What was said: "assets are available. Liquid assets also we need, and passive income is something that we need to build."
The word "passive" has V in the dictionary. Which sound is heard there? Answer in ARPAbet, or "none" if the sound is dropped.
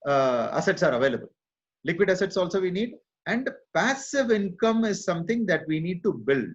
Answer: V